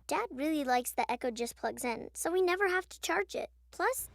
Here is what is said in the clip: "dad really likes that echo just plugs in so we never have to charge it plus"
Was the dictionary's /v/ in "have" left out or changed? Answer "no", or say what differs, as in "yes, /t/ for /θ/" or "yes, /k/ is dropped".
yes, /f/ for /v/